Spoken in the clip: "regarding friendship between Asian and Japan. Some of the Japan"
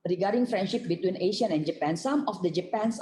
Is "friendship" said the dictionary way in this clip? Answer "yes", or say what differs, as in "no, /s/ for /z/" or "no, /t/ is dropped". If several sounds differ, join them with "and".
yes